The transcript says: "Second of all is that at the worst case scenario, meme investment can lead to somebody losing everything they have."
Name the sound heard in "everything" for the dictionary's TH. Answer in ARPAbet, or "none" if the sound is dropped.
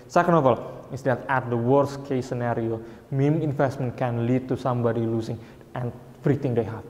T